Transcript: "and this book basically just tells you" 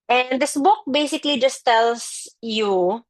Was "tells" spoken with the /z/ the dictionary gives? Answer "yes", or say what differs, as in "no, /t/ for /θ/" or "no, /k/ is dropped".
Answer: no, /s/ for /z/